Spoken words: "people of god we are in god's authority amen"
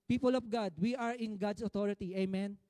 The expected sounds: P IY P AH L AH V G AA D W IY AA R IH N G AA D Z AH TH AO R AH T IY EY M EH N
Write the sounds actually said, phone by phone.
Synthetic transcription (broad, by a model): P IY P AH L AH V G AA D W IY AA R IH N G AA D S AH T AO R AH T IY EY M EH N